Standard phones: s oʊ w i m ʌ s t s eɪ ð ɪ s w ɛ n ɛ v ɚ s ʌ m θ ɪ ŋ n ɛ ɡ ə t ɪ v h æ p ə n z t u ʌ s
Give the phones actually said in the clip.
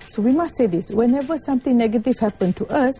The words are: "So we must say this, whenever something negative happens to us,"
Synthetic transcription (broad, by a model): s oʊ w i m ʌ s t s eɪ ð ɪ s w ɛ n ɛ v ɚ s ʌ m t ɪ ŋ n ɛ ɡ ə t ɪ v h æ p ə n t u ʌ s